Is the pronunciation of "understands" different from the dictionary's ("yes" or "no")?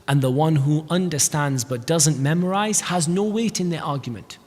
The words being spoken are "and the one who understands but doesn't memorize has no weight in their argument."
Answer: no